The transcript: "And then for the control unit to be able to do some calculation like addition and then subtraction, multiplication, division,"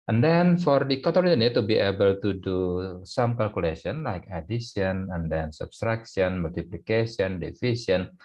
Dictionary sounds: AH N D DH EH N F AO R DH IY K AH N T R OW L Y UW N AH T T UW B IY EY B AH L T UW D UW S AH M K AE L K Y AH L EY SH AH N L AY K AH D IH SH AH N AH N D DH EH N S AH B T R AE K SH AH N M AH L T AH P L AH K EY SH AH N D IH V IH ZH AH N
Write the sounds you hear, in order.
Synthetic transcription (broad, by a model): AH N D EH N F AO R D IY K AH T OW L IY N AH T T UW B IY EY B AH L T UW D UW S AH M K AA L K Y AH L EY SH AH N L AY K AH D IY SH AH N AH N D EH N S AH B T R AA K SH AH N M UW L T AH P L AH K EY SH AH N D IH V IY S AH N